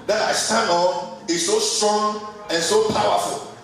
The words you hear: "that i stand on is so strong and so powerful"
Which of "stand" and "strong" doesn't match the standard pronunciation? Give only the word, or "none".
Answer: stand